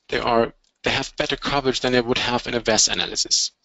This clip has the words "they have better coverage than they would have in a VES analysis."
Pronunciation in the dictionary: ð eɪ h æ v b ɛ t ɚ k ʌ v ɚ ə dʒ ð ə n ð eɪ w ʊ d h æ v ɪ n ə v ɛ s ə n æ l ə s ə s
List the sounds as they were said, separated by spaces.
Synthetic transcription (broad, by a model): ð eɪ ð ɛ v b ɛ t ɚ k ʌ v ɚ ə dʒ ð ə n ð eɪ w ʊ d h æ v ɪ n ə v ɛ s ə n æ l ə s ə s